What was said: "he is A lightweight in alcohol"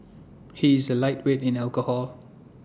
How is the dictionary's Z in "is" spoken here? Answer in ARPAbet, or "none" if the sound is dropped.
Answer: Z